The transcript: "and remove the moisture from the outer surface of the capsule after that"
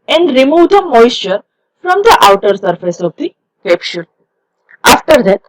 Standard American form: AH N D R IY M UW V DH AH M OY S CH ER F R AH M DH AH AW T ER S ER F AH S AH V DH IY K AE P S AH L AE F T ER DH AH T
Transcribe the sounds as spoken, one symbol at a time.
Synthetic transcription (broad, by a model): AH N D R IY M UW V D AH M OY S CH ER F R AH M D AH AW T ER S ER F AH S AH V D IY K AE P SH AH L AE F T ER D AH T